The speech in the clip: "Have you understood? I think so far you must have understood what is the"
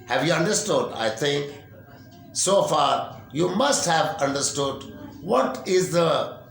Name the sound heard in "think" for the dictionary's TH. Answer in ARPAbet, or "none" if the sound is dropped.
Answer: T